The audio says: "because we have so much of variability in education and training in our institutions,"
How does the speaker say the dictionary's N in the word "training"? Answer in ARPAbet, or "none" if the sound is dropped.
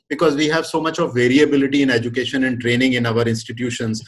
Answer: N